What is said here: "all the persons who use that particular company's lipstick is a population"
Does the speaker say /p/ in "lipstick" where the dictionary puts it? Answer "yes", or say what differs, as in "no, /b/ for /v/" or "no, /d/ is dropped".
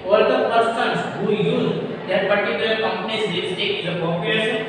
no, /p/ is dropped